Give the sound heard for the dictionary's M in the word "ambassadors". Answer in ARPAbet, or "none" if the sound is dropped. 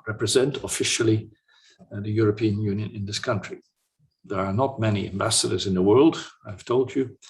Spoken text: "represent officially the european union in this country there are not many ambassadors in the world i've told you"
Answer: M